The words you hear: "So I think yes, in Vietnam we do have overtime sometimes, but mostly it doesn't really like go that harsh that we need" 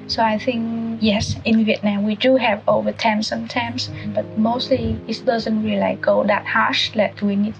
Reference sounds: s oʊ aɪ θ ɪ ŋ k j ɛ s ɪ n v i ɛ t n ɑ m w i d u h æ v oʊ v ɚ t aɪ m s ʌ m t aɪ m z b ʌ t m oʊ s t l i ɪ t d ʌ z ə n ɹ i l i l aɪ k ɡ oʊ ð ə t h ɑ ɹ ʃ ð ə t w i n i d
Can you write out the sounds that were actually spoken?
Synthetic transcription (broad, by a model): s oʊ aɪ θ ɪ ŋ k j ɛ s ɪ n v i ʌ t n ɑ m w i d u h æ v oʊ v ɚ t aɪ m s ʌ m t aɪ m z b ʌ t m oʊ s t l i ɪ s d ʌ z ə n w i l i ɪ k ɡ oʊ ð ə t h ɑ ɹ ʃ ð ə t w i n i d